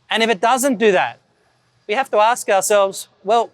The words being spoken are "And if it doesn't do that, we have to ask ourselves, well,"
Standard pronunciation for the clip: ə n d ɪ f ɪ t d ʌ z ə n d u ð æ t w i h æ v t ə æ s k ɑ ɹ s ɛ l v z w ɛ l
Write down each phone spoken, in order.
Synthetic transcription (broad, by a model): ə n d ɪ f ɪ t d ʌ z ə n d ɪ ð æ t w i h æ f t ə æ s k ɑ ɹ s ɛ l v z w ɛ l